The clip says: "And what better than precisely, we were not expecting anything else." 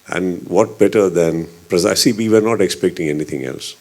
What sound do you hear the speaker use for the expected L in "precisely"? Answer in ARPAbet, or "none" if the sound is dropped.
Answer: none